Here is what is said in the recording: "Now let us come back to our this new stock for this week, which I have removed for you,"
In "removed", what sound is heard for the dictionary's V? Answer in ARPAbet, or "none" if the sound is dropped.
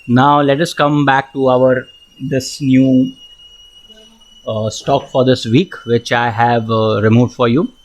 V